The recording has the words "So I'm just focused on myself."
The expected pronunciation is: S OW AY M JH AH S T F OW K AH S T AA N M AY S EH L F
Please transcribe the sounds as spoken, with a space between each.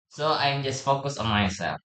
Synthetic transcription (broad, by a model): S OW AY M JH AH S T F OW K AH S AA N M AY S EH L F